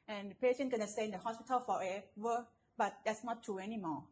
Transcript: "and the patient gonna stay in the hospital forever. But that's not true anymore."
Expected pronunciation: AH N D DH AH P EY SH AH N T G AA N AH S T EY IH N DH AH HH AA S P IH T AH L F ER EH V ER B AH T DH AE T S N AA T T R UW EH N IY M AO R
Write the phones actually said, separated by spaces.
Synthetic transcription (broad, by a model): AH N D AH P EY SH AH N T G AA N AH S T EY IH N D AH HH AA S P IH T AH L F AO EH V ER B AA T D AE T S N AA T T UW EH N IY M AO